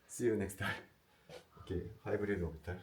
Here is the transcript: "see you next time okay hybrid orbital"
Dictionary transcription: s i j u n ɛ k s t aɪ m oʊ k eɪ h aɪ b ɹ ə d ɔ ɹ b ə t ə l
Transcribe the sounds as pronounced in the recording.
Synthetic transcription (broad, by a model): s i j u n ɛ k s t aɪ oʊ k eɪ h aɪ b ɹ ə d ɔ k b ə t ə